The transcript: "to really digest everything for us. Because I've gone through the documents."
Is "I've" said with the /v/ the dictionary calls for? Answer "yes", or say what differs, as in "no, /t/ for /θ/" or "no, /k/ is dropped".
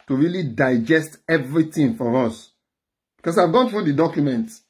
yes